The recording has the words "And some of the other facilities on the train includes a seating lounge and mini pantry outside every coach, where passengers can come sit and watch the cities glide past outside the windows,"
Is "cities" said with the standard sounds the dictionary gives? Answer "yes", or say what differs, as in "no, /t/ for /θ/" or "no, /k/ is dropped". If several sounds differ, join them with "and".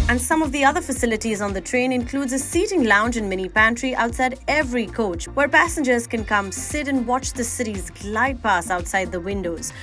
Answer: yes